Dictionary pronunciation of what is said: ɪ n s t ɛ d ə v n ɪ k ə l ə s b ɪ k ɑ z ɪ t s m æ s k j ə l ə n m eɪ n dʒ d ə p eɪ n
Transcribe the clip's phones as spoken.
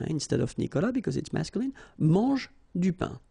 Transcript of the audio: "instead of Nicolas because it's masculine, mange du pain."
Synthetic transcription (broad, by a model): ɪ n s t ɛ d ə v n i k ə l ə b ɪ k ɑ z ɪ t s m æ s k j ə l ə n m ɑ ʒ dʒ d ə p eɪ